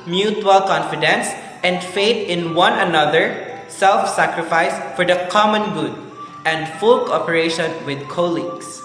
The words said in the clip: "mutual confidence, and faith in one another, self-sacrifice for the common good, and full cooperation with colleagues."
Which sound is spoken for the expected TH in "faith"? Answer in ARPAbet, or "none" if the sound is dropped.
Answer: T